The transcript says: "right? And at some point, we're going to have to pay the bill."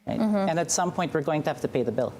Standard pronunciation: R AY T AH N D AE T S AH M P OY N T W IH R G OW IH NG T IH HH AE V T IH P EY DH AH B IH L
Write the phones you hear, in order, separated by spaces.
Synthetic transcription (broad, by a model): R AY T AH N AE T S AH M P OY N T W IH R G OW IH NG T IH HH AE F T IH P EY DH AH B IH L